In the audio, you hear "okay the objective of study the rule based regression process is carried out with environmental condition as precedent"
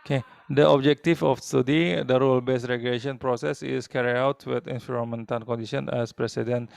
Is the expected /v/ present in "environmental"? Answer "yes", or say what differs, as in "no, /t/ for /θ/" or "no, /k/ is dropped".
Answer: no, /f/ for /v/